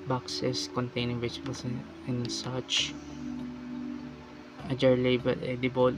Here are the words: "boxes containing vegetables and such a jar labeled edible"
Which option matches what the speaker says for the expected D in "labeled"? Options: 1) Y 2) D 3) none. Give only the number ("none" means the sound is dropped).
3